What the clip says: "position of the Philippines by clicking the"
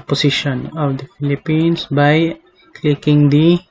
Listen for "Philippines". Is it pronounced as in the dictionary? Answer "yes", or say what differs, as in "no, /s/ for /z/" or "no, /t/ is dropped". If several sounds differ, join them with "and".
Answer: no, /s/ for /z/